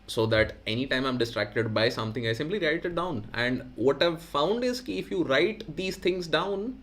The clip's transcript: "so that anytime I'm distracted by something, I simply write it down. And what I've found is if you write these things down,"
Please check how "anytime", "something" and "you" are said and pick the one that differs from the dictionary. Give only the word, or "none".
something